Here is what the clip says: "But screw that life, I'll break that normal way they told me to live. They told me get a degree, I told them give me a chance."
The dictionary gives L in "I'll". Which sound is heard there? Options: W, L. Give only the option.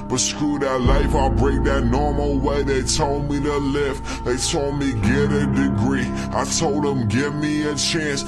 L